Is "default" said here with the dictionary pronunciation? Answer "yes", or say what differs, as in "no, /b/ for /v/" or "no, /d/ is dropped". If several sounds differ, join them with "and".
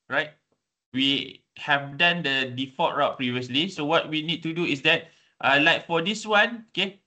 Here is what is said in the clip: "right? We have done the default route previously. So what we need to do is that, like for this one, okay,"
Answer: no, /l/ is dropped